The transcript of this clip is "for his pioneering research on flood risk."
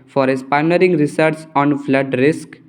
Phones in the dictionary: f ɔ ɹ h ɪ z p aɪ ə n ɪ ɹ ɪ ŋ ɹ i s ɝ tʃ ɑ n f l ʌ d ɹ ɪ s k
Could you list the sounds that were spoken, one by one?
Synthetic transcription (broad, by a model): f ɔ ɹ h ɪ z p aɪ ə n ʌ ɹ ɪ ŋ ɹ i s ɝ s ɑ n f l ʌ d ɹ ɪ s k